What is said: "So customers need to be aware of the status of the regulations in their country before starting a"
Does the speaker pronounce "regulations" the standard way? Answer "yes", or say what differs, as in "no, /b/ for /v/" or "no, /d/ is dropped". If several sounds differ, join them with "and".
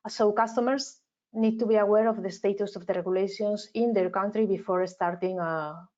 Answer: no, /s/ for /z/